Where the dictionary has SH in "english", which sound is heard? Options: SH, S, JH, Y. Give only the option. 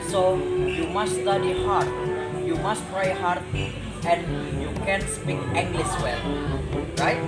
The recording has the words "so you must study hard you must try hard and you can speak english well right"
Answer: S